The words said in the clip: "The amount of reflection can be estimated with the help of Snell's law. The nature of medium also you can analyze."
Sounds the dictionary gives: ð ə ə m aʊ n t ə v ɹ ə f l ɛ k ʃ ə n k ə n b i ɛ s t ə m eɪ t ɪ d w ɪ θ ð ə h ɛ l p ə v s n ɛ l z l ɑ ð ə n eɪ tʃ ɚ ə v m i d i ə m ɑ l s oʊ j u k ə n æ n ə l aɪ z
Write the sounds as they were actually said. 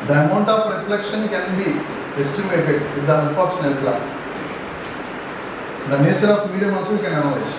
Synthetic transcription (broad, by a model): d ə ə m aʊ n t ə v ɹ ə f l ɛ k ʃ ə n k ə n b i ɛ s t ə m eɪ t ɪ d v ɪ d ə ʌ n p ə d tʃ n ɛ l s l ɑ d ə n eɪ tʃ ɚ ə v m i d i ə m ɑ s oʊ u k ə n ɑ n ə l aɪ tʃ